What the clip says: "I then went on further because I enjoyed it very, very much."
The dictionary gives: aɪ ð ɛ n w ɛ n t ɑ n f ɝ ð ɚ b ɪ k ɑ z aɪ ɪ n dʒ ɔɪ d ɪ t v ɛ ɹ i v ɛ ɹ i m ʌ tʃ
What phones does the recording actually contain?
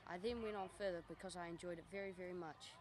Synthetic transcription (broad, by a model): aɪ ð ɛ n w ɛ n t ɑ n f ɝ ð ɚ b ɪ k ɑ z aɪ ɪ n dʒ ɔɪ d ɪ t v ɛ ɹ i v ɛ ɹ i m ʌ tʃ